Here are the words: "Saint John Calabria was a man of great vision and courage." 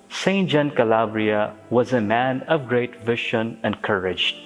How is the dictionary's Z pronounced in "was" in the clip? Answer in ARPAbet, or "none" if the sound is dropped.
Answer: Z